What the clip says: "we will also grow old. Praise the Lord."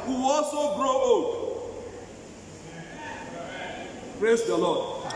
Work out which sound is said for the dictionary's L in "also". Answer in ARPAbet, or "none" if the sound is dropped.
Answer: none